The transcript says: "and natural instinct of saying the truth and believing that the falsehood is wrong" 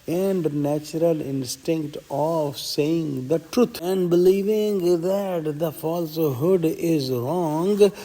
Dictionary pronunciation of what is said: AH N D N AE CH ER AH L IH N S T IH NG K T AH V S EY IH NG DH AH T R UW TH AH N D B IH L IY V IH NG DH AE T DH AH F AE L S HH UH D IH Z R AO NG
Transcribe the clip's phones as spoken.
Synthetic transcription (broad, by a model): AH N D N AE CH ER AH L IH N S T IH NG K T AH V S EY IH NG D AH T R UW T AH N D B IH L IY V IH NG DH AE T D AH F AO L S HH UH D IH Z R AO NG